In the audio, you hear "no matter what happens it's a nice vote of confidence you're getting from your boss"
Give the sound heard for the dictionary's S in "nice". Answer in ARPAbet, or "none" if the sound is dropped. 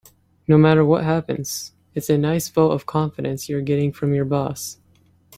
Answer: S